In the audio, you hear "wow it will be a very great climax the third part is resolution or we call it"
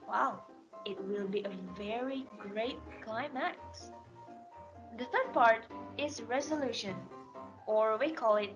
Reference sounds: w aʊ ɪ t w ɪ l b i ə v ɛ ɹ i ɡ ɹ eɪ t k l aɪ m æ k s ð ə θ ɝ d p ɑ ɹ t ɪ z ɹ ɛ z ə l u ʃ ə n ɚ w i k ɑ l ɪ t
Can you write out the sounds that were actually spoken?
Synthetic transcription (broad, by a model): w aʊ ɪ t w ɪ l b i ə v ɛ ɹ i ɡ ɹ eɪ t k l aɪ m æ k s ð ə θ ɝ d p ɑ ɹ t ɪ z ɹ ɛ z ə l u ʃ ə n ɚ w i k ɑ l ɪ t